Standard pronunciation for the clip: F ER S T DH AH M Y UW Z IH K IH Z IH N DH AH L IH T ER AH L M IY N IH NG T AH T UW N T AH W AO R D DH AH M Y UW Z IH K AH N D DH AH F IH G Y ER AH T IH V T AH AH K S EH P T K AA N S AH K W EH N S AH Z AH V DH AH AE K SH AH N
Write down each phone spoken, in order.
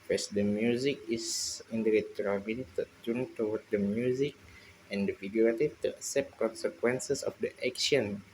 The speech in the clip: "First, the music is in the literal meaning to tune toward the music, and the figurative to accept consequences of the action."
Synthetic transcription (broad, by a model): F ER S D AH M Y UW Z IH K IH S IH N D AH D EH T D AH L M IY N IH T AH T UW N T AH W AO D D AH M Y UW Z IH K AH N D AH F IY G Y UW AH T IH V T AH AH S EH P K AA N S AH K W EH N S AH S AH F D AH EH K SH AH N